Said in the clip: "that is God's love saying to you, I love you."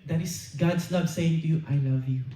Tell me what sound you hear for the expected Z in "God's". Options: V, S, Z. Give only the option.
S